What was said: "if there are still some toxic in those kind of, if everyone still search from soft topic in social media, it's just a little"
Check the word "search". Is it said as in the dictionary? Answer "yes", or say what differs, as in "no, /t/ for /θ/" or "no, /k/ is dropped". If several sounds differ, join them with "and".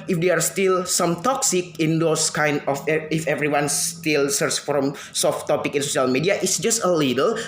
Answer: no, /s/ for /tʃ/